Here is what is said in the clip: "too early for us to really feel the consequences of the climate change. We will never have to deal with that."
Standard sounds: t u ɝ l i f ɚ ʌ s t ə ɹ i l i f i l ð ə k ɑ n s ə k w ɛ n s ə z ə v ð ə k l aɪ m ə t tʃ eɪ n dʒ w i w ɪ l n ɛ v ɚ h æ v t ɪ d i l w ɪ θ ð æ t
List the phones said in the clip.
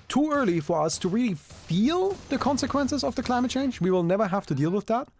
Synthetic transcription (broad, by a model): t u ɝ l i f ɚ ʌ s t ə ɹ i l i f i l ð ə k ɑ n s ə k w ɛ n s ə z ə v ð ə k l aɪ m ə t tʃ eɪ n dʒ w i w ɪ l n ɛ v ɚ h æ f t ɪ d i l w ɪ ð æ t